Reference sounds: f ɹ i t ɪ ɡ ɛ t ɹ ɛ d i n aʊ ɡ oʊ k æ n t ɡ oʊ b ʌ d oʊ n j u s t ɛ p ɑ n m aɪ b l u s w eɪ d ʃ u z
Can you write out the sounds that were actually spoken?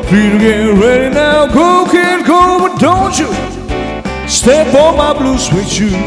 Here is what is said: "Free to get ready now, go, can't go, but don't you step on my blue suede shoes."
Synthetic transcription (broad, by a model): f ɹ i t ɪ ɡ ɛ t ɹ ɛ d i n aʊ ɡ oʊ k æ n ɡ oʊ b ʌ d oʊ n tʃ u s t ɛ b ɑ m aɪ b l u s w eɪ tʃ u